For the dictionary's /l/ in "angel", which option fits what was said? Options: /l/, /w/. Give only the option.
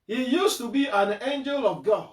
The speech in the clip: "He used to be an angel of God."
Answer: /l/